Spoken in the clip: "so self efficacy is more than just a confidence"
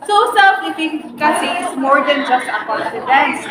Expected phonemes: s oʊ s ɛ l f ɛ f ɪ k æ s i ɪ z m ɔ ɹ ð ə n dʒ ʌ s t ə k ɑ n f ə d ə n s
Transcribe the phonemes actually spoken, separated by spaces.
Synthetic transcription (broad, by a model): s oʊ s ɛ f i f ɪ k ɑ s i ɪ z m ɔ ɹ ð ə n dʒ ʌ s t ə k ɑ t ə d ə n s